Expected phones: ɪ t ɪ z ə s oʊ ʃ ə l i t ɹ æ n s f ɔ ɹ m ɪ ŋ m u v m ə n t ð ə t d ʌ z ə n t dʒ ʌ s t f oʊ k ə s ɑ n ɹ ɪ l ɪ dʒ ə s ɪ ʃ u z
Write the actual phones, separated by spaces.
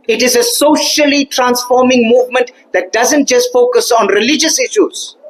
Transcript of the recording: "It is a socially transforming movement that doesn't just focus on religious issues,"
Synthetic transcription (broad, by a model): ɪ t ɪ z ə s oʊ ʃ ə l i t ɹ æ n s f ɔ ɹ m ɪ ŋ m u v m ə n t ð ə t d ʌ z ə n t dʒ ʌ s t f oʊ k ə s ɑ n ɹ ɪ l ɪ dʒ ə s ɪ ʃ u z